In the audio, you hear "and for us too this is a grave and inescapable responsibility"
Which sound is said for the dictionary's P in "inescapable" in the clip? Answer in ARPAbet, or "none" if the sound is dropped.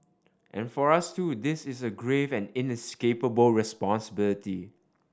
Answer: P